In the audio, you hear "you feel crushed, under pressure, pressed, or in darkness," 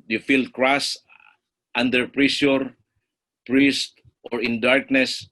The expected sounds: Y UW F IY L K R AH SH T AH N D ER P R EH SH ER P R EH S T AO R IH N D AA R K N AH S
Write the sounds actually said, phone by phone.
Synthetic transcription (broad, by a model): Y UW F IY L K R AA S T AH N D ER P R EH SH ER P R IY S T AO R IH N D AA R K N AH S